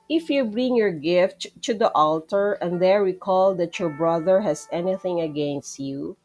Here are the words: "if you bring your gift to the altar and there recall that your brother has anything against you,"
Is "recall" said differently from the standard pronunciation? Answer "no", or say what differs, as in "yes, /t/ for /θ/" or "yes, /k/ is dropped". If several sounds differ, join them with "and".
yes, /w/ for /ɹ/